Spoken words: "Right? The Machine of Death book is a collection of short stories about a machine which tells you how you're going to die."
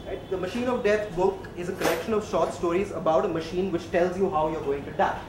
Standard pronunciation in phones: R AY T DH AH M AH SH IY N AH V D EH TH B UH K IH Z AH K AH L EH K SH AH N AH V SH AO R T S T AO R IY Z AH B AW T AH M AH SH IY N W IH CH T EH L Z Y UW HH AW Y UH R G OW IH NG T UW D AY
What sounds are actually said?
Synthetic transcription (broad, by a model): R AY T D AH M AH SH IY N AH V D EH T B UH K IH Z AH K AH L EH K SH AH N AH V SH AO R T S T AO R IY Z AH B AW T AH M AH SH IY N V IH CH T EH L Z Y UW HH AW Y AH R G OW IH NG T UW D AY